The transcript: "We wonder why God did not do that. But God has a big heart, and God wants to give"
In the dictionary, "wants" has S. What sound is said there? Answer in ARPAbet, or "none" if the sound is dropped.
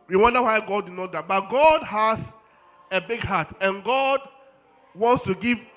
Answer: S